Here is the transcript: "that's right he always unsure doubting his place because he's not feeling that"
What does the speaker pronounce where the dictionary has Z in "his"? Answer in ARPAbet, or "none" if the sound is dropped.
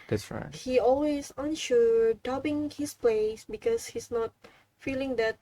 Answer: S